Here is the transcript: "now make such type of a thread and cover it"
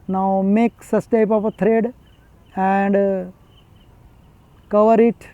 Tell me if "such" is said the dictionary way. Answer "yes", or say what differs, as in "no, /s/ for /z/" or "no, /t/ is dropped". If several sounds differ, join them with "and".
no, /s/ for /tʃ/